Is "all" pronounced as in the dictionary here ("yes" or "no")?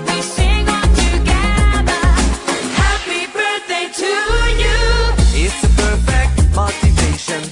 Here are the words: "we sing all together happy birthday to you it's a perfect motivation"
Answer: no